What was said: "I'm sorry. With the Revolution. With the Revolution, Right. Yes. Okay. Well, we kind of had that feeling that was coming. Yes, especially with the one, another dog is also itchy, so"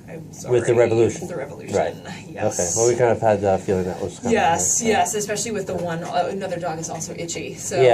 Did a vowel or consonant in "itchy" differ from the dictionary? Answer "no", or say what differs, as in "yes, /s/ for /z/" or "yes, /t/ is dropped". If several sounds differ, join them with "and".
no